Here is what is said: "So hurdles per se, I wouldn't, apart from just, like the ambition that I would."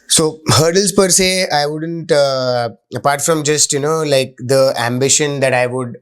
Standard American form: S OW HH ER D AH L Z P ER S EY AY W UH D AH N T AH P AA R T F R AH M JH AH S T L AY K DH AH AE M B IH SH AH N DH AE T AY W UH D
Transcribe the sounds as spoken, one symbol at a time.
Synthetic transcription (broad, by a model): S OW HH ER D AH L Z P ER S EY AY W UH D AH N T AH P AA R T F R AH M JH AH S T L AY K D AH AE M B IH SH AH N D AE T AY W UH D